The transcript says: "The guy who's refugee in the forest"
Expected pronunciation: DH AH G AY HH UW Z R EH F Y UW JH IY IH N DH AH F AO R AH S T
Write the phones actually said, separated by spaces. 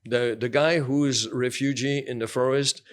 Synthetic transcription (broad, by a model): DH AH G AY HH UW Z R EH F Y UW JH IY IH N DH AH F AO R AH S T